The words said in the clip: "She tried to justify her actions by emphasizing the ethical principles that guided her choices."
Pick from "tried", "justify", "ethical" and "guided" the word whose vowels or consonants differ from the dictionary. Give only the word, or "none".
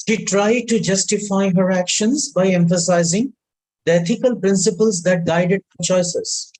ethical